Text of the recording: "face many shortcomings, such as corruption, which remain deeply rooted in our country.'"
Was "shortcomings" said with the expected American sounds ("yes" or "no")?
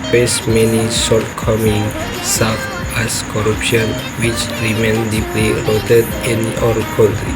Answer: no